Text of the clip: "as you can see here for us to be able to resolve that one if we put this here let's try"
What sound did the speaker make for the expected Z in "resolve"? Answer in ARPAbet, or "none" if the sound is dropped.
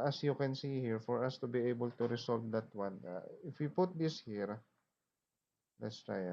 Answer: S